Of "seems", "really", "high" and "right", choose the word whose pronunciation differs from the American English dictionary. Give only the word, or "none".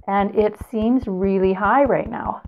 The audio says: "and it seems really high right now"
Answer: none